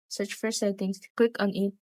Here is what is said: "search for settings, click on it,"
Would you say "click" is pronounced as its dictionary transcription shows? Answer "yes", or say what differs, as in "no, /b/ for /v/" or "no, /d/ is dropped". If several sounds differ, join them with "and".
no, /w/ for /l/